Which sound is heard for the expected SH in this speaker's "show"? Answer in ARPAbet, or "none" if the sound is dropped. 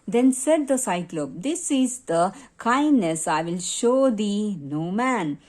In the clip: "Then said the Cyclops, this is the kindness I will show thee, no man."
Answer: SH